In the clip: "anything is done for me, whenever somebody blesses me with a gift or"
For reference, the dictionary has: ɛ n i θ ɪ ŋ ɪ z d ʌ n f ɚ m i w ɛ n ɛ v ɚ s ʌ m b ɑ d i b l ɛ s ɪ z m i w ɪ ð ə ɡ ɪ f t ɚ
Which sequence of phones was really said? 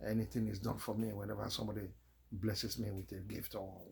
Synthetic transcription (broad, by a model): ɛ n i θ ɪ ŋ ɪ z d ʌ n f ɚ m i w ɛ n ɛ v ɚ s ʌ m b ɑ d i b l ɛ s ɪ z m i w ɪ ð ə ɡ ɪ f t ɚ